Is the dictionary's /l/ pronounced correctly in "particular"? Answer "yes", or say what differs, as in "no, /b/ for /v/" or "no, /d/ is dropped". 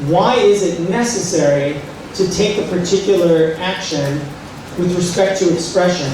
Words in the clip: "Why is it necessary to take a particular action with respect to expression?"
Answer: no, /l/ is dropped